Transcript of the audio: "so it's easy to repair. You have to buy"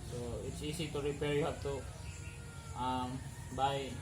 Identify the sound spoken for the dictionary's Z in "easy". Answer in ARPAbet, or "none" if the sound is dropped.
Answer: S